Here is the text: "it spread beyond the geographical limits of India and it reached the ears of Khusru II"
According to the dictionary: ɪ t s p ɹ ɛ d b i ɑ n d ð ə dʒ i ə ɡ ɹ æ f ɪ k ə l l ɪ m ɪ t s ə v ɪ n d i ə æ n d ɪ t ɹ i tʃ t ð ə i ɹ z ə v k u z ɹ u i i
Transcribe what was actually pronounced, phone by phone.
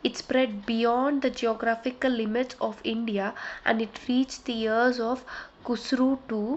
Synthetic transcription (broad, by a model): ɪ t s p ɹ ɛ d b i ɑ n d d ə dʒ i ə ɡ ɹ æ f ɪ k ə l l ɪ m ɪ t s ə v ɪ n d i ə æ n d ɪ t ɹ i tʃ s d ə i ɹ z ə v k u s ɹ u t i